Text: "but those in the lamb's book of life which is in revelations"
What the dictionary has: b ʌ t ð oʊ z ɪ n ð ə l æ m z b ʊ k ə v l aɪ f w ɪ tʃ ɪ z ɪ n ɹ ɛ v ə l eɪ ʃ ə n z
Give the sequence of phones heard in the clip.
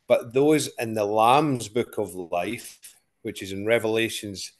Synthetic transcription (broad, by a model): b ʌ t ð oʊ z ɪ n ð ə l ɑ m z b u k ə v l aɪ f w ɪ tʃ ɪ z ɪ n ɹ ɛ v ə l eɪ ʃ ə n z